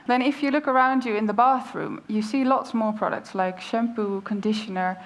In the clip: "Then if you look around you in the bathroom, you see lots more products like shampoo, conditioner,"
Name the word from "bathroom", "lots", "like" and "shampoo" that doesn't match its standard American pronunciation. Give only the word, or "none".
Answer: none